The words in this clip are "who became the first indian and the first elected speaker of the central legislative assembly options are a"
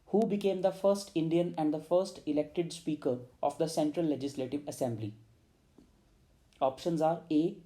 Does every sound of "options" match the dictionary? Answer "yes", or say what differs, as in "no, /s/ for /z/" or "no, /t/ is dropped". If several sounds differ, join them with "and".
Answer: yes